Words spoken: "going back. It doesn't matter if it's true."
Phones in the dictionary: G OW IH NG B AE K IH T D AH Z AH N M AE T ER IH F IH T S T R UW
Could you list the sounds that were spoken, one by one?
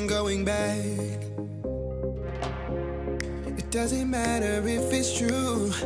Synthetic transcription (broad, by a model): G OW IH NG B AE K IH T D AH Z AH N M AE T ER IH F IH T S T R UW